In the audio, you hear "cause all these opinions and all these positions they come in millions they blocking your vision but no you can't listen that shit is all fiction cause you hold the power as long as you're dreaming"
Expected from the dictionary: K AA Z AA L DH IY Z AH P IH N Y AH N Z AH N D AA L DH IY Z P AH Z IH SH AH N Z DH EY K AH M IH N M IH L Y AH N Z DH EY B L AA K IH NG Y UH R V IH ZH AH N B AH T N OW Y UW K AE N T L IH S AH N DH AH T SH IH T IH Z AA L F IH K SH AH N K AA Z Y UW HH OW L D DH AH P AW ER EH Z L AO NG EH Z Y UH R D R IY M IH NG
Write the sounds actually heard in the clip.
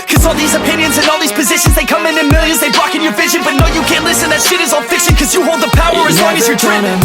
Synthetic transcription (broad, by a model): K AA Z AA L DH IY Z AH P IH N Y AH N Z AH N AA L DH IY Z P AH Z IH SH AH N Z DH EY K AH M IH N M IH L Y AH N Z DH EY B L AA K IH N Y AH R V IH ZH AH N B AH T N OW Y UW K AE N T L IH S AH N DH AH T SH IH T IH Z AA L F IH K SH AH N K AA Z Y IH HH OW L D DH AH P AW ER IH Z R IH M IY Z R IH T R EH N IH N